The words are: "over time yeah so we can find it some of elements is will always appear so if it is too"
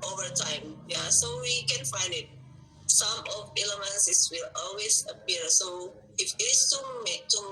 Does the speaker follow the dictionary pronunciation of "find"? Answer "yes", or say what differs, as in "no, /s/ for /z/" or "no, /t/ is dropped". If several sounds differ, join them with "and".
yes